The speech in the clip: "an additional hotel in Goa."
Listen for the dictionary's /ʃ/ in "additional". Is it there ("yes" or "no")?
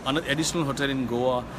no